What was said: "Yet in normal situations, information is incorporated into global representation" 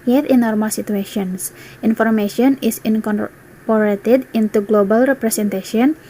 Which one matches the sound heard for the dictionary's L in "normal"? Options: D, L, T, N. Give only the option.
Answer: L